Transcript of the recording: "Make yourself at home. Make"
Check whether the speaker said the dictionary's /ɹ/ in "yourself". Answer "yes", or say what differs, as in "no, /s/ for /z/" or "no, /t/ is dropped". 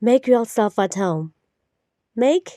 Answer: no, /l/ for /ɹ/